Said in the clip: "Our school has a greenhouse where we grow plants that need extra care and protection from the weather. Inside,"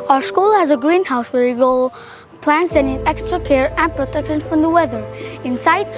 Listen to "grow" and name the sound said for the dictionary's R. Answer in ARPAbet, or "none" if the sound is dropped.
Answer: none